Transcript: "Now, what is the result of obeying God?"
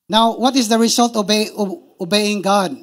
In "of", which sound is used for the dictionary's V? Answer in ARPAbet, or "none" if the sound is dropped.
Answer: B